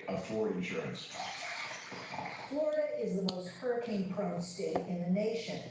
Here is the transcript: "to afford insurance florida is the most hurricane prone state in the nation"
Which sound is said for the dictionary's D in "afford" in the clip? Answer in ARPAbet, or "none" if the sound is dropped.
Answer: none